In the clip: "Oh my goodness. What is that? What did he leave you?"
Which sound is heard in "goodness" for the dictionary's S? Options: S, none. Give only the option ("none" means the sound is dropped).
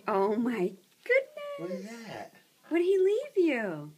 none